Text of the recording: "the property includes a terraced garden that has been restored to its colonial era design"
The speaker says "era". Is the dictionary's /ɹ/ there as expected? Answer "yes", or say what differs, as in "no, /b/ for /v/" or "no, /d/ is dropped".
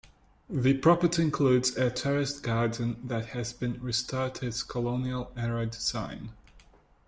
yes